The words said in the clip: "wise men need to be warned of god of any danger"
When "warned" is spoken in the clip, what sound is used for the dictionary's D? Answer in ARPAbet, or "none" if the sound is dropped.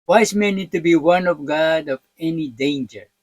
none